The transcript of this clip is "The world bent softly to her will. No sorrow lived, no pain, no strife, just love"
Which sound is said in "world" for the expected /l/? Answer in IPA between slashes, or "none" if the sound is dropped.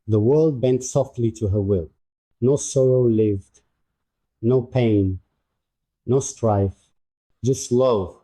/l/